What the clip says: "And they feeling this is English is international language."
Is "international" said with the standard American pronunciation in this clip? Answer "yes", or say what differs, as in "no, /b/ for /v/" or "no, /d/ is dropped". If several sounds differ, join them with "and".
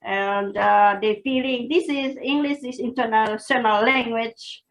no, /s/ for /ʃ/